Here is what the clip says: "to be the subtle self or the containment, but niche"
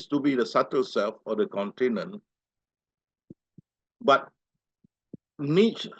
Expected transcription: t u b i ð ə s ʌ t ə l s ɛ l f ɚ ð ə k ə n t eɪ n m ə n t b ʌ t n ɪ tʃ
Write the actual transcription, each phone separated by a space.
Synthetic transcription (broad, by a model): t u b i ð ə s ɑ t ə l s ɛ l f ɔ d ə k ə n t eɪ n ə n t b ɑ t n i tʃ